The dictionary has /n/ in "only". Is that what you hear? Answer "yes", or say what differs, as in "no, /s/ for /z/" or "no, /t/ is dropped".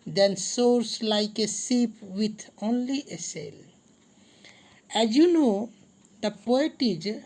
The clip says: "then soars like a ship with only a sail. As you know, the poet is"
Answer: yes